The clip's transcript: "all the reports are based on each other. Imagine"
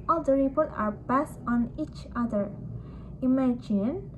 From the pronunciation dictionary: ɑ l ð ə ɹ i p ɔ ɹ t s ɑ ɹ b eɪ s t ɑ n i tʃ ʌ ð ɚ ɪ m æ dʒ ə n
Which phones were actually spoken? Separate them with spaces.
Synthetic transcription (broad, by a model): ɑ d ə ɹ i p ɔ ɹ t ɑ ɹ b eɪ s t ɑ n i tʃ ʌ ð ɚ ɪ m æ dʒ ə n